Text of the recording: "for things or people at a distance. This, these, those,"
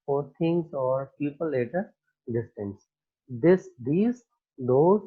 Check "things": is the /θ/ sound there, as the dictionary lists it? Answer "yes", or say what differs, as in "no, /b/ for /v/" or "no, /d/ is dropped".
no, /t/ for /θ/